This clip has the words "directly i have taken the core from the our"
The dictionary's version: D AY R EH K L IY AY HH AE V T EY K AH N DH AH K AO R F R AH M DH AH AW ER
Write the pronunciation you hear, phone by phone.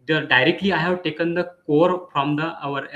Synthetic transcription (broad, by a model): D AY R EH K L IY AY HH AE V T EY K AH N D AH K AO R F R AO M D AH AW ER